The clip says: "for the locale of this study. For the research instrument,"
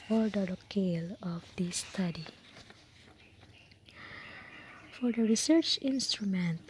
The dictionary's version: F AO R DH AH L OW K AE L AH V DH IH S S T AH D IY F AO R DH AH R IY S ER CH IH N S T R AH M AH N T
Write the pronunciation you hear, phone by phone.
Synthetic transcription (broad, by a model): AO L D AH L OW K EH L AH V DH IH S S T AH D IY F AO R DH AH R IY S ER CH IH N S T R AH M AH N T